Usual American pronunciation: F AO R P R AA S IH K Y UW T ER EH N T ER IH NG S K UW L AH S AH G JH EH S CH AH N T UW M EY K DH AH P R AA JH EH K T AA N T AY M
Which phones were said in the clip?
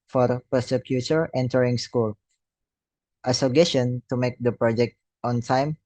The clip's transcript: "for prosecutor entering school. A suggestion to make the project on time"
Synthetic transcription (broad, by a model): F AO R P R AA S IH K Y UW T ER EH N T ER IH NG S K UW L AH S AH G EH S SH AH N T UW M EY K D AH P R AA JH EH K T AA N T AY M